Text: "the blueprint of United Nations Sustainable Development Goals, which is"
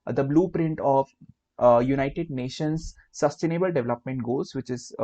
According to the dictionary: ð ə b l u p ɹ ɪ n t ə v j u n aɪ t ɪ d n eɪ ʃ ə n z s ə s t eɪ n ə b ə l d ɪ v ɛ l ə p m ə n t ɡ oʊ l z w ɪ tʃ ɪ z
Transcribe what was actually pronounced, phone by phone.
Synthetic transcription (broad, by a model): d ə b l u p ɹ ɪ n t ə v j u n aɪ t ɪ d n eɪ ʃ ə n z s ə s t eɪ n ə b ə l d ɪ v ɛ l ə p m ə n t ɡ oʊ z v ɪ tʃ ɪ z